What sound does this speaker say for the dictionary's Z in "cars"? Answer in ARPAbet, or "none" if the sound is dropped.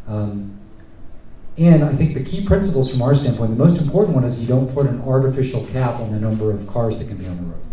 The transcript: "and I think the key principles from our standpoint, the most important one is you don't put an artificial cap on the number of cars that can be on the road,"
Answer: Z